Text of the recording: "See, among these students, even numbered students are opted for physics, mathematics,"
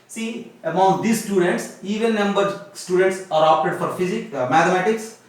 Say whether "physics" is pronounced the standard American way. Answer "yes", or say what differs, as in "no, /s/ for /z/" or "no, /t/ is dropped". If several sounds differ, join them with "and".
no, /s/ is dropped